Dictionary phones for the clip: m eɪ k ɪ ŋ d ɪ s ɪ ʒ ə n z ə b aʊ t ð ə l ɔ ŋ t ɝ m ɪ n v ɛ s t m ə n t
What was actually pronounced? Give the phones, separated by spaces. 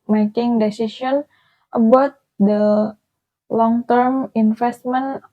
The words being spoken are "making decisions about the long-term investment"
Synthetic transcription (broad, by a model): m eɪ k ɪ ŋ d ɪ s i s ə n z ə b aʊ t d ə l ɔ ŋ t ɝ m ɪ n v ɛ s t m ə n